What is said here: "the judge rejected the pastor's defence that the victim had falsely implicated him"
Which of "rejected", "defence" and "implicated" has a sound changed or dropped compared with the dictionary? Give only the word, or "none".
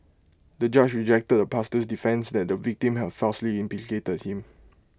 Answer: implicated